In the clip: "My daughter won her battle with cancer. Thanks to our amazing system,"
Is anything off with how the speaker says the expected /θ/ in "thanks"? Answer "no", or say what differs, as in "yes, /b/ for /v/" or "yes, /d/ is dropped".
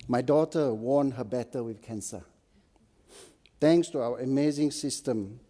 yes, /t/ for /θ/